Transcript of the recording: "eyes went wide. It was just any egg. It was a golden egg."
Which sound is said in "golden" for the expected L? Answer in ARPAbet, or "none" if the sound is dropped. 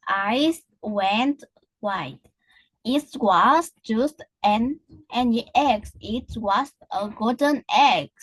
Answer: none